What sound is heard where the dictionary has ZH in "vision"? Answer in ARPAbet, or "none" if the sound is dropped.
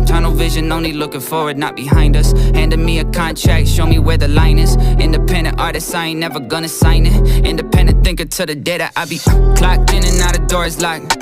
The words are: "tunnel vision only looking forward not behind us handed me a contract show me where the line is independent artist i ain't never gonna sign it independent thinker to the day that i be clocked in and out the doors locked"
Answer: ZH